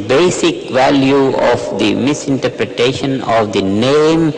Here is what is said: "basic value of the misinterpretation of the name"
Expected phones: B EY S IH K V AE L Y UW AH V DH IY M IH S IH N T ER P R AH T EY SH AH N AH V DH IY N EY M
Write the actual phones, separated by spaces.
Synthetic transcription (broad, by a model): B EY S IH K V AE L Y UW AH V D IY M IH S IH N T ER P R AH T EY SH AH N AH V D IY N EY M